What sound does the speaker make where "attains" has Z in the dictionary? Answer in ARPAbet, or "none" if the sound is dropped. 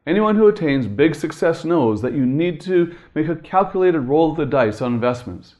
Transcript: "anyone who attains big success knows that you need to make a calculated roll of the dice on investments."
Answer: Z